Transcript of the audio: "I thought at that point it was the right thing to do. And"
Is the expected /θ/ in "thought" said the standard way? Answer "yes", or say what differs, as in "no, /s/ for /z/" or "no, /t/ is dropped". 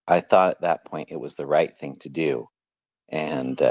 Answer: yes